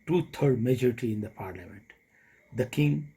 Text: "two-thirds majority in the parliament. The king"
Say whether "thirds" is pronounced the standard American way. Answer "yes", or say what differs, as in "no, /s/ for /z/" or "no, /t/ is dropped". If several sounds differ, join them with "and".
no, /t/ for /θ/ and /z/ is dropped